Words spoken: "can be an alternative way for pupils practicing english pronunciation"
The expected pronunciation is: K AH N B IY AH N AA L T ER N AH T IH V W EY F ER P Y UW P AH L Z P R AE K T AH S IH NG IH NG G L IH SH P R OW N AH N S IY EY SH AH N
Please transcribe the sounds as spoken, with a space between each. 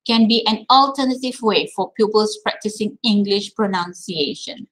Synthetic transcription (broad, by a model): K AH N B IY AH N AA L T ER N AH T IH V W EY F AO P Y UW P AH L S P R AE K T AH S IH NG IH NG G L IH SH P R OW N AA N S IY EY SH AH N